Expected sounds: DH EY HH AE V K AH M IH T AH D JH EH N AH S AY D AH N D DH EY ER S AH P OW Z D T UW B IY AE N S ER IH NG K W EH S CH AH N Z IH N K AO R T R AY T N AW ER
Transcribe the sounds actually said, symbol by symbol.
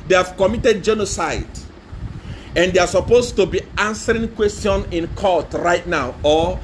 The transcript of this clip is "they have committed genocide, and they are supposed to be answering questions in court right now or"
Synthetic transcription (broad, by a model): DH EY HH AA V K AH M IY T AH D JH EH N AH S AY D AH N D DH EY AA S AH P OW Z T UW B IY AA N S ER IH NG K W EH S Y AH N IH N K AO T R AY T N AW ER